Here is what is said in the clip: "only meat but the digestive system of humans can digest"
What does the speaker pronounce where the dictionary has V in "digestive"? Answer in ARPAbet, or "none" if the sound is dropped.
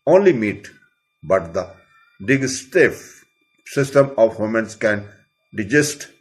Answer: F